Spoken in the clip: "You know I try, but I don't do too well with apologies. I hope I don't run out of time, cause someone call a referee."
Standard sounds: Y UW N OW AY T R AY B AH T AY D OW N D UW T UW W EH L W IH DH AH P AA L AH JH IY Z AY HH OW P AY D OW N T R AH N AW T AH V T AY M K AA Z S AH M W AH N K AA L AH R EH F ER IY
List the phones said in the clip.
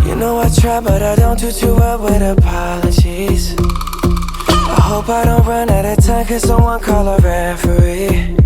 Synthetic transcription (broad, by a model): Y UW N OW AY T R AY B AH T AY D OW N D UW T UW W EH L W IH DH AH P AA L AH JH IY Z AY HH OW P AY D OW N T R AH N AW T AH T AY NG K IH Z S AH M W AH N K AA L AH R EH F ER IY